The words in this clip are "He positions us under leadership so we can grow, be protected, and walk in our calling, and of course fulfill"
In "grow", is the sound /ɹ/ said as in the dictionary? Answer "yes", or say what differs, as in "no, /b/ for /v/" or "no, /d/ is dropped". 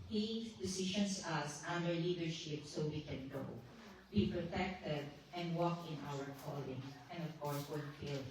no, /ɹ/ is dropped